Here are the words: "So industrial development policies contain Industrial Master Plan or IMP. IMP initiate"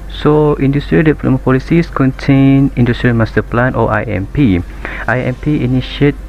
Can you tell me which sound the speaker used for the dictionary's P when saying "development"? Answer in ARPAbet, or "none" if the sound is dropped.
none